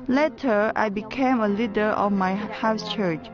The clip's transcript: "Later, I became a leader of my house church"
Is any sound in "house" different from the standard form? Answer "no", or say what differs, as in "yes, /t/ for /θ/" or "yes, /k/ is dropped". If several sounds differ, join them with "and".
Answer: no